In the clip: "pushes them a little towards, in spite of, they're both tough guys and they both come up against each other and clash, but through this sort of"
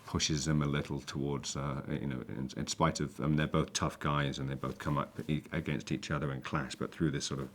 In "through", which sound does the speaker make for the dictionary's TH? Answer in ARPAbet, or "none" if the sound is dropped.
TH